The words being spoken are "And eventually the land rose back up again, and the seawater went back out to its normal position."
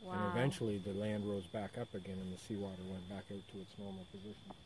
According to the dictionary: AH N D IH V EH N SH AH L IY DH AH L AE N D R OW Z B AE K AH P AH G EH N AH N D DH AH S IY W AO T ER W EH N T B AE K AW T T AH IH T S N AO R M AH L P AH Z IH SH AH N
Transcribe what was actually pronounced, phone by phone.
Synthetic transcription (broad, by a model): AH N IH V EH N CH L IY DH AH L AE N D R OW Z B AE K AH P AH G EH N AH N DH AH S IY W AO T ER W EH N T B AE K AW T T AH IH T S N AO R M L P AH Z IH SH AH N